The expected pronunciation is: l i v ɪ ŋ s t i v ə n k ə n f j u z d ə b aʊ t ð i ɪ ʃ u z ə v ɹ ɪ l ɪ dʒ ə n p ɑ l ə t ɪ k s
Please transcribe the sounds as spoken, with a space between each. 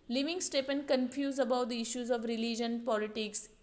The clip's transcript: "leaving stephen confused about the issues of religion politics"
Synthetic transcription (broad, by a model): l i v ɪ ŋ s t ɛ p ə n k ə n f j u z ə b aʊ t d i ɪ ʃ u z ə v ɹ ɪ l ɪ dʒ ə n p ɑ l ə t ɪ k s